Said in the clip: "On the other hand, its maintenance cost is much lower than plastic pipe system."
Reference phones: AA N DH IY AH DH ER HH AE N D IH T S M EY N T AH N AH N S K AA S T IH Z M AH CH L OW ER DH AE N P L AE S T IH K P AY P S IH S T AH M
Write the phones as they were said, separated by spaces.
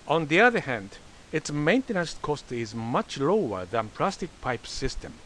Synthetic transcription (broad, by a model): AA N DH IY AH DH ER HH AE N D IH T S M EY N T AH N AH N S K AA S T IH Z M AH CH L OW ER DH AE N P L AE S T IH K P AY P S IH S T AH M